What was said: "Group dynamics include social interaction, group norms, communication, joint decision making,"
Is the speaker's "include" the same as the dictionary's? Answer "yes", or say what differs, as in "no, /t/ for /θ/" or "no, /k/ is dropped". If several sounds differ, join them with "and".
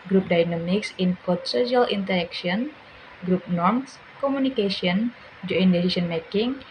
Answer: no, /l/ is dropped